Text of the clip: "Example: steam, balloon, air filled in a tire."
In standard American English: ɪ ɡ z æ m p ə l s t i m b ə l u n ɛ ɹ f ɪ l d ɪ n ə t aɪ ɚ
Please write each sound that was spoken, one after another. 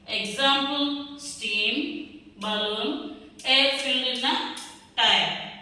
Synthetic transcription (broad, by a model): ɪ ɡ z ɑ m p l s t i m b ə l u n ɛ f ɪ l ɪ n ə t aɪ